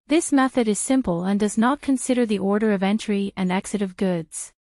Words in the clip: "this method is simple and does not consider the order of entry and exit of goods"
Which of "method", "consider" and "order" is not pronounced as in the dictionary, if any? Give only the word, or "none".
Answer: none